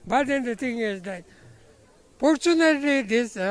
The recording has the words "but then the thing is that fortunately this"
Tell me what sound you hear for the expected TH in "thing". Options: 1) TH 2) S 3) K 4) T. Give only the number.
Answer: 4